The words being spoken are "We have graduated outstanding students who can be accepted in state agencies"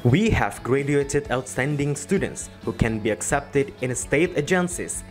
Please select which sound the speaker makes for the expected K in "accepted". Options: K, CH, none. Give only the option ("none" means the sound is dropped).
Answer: K